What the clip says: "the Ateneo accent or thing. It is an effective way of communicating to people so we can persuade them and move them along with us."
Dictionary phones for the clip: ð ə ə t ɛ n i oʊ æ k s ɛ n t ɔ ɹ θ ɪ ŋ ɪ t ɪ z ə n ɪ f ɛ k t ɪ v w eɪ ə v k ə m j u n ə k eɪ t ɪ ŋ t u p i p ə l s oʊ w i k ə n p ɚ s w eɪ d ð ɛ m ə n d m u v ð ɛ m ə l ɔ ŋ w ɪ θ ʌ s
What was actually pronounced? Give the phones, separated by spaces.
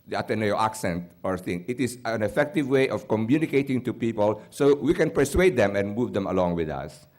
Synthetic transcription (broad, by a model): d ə ə t ɛ n i oʊ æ k s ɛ n t ɔ ɹ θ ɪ ŋ ɪ t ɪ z ə n ɪ f ɛ k t ɪ v w eɪ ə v k ə m j u n ə k eɪ t ɪ ŋ t u p i p ə l s oʊ w i k ə n p ɚ s w eɪ d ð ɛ m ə n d m u v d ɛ m ə l ɔ ŋ w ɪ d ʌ s